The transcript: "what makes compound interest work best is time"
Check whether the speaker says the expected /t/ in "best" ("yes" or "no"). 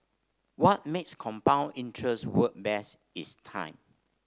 no